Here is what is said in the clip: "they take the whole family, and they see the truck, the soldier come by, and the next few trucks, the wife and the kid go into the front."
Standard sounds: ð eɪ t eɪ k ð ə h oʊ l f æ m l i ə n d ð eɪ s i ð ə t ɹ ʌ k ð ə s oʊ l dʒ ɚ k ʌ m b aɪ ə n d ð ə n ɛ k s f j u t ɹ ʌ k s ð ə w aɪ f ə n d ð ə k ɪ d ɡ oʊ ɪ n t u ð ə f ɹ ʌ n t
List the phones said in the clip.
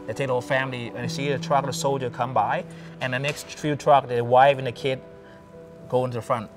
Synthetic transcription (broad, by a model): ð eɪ t eɪ k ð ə h oʊ l f æ m l i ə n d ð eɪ s i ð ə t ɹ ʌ k ð ə s oʊ l dʒ ɚ k ʌ m b aɪ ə n ð ə n ɛ k s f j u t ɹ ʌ k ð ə w aɪ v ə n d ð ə k ɪ d ɡ oʊ ɪ n t u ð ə f ɹ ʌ n t